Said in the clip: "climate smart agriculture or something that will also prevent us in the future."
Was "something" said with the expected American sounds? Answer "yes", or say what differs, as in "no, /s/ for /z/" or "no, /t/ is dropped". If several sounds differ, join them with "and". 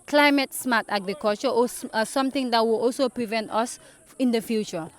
no, /t/ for /θ/